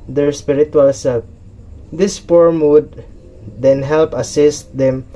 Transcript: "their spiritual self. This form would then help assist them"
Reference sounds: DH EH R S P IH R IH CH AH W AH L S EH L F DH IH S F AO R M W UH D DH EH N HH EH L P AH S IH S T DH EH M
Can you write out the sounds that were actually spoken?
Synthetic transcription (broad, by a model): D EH R S P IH R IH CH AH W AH L S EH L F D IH S P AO R M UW D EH N HH EH L P AH S IH S T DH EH M